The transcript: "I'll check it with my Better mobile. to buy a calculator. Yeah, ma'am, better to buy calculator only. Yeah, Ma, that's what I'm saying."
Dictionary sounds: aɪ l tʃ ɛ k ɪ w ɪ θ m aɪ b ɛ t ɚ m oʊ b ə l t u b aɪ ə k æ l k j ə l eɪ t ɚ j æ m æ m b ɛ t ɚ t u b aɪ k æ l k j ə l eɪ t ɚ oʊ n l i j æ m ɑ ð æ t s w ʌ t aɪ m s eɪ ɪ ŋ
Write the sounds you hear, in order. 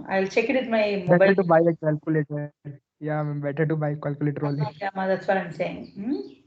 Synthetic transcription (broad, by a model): aɪ l tʃ ɛ k ɪ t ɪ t m aɪ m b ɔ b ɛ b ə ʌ t u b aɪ ə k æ l k j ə l eɪ t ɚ j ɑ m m b ɛ t ɚ t u b aɪ k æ l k j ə l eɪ t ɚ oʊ l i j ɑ m ɑ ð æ t s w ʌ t aɪ m s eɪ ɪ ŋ